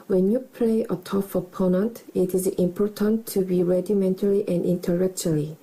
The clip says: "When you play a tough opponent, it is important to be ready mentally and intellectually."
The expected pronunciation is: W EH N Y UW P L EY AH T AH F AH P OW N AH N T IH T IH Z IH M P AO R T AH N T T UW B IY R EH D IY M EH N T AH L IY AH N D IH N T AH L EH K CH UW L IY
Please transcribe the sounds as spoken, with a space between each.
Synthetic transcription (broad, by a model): W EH N Y UW P L EY AH T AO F AH P OW N AH N T IH T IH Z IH M P AO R T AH N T T UW B IY R EH D IY M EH N T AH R IY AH N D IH N T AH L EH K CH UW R IY